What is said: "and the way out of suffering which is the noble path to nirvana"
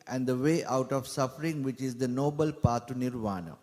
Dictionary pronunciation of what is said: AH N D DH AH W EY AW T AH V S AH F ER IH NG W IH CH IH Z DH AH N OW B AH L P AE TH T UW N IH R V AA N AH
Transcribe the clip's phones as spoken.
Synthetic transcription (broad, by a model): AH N D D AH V EY AW T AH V S AH F ER IH NG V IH CH IH Z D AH N OW B AH L P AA T UW N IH R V AA N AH